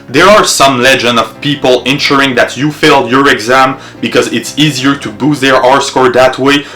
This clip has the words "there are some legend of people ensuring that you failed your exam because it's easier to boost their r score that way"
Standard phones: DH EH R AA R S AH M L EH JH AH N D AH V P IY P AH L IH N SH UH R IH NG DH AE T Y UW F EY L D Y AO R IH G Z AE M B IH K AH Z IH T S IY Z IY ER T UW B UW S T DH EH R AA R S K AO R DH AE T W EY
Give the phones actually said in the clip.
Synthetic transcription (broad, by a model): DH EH R AA R S AH M L EH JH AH N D AH V P IY P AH L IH N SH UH R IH NG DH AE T Y UW F EY L D Y AO R IH G Z AE M B IH K AH Z IH T S IY Z IY ER T UW B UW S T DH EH R AA R S K AO R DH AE T W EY